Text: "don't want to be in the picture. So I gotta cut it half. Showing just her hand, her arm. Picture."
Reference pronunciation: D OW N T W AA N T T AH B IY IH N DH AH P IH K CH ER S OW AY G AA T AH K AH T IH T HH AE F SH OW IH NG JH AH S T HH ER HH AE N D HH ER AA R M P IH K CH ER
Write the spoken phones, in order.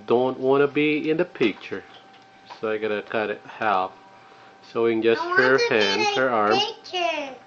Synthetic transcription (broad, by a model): D OW N T W AA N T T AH B IY IH N DH AH P IH K CH ER S OW AY G AA T AH K AH T IH T HH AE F S OW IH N JH AH S T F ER HH AE N D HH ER AA R M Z